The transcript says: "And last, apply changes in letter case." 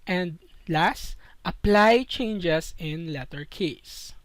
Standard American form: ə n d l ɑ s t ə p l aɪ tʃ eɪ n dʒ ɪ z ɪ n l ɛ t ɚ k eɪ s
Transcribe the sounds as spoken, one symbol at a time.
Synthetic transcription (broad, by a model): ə n d l ɑ s t ə p l aɪ tʃ eɪ n dʒ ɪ s ɪ n l ɛ t ɚ k eɪ s